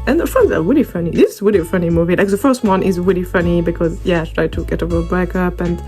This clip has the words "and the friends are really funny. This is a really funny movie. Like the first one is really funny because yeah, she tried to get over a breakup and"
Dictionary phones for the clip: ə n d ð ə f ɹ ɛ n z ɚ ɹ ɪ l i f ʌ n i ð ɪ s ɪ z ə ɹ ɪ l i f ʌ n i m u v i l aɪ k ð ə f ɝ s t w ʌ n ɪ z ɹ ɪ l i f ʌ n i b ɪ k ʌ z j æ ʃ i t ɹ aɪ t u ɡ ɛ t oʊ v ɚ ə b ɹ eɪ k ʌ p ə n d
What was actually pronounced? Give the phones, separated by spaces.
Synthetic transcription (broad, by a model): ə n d ð ə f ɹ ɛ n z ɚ ɹ ɪ l i f ʌ n i ð ɪ s ɪ z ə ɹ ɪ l i f ʌ n i m u v i l aɪ k ð ə f ɝ s t w ʌ n ɪ z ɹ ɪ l i f ʌ n i b ɪ k ʌ z j æ t ɹ aɪ t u ɡ ɛ t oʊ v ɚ ə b eɪ k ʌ p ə n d